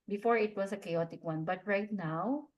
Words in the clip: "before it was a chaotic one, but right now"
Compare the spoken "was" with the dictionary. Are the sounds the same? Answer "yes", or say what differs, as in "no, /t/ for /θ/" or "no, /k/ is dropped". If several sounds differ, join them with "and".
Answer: no, /s/ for /z/